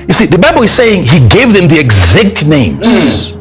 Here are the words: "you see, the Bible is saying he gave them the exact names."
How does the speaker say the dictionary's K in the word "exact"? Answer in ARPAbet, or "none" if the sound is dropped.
K